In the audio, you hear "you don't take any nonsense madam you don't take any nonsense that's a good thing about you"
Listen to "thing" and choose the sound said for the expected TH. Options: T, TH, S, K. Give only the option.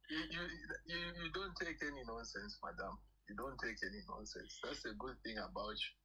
TH